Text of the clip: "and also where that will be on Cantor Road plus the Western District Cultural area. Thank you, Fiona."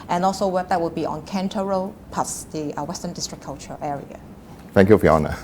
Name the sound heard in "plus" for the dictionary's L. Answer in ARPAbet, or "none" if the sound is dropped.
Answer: none